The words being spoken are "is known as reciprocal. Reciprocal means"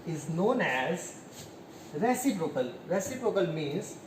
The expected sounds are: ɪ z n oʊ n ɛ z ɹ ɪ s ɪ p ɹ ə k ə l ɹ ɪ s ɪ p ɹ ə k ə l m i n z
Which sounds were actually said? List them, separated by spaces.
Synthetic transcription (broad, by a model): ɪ z n oʊ n ɛ z ɹ ɪ s ɪ p ɹ ə k ə l ɹ ɪ s ɪ p ɹ ə k ə l m i n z